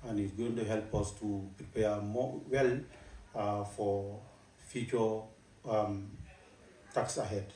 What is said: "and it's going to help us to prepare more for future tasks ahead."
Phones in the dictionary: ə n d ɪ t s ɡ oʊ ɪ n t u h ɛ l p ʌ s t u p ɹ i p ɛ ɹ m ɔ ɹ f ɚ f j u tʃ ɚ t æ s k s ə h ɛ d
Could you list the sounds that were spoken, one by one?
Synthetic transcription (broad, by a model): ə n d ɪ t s ɡ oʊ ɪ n t u h ɛ l p ʌ s t u p ɹ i p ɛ m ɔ l f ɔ f j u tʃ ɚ t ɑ k s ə h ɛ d